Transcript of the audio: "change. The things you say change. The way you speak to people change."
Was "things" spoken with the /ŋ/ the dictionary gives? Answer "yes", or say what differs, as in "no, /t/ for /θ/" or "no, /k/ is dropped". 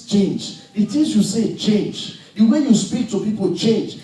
no, /ŋ/ is dropped